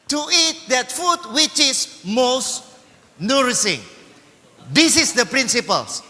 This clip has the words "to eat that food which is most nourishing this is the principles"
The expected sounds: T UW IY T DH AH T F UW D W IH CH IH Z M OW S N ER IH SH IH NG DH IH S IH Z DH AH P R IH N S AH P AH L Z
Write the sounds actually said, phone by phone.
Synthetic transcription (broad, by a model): T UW IY T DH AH T F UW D W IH CH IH S M OW S N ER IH S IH NG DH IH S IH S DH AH P R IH N S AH P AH L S